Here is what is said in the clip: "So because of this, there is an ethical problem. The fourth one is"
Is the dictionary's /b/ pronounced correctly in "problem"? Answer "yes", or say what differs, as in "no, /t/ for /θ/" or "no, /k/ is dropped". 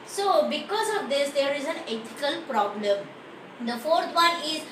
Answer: yes